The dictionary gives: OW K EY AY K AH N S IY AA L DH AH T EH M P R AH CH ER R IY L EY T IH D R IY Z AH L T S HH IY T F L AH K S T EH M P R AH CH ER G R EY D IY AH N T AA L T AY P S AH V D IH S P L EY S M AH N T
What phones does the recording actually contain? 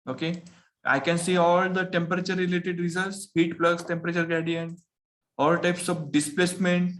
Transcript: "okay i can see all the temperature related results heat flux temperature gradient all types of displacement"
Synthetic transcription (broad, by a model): OW K EY AY K AH N S IY AA L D AH T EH M P R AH CH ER R IY L EY T IH D R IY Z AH L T S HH IY T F L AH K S T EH M P R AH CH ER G EY D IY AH N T AA L T AY P S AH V D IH S P L EY S M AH N T